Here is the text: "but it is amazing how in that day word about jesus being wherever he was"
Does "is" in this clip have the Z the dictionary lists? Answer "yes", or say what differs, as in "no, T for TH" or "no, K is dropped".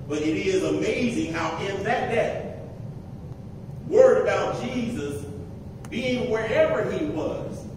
yes